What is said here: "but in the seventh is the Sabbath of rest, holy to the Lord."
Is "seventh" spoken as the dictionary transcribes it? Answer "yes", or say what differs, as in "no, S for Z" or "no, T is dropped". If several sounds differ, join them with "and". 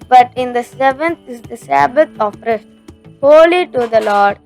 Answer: no, T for TH